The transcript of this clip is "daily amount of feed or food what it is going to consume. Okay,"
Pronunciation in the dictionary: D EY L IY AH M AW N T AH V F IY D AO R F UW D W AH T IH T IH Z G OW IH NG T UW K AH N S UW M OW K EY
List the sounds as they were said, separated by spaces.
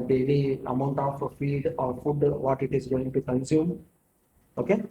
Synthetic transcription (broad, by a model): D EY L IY AH M AW N T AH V F IY D AO R F UW D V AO T IH T IH Z G OW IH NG T UW K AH N S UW M OW K EY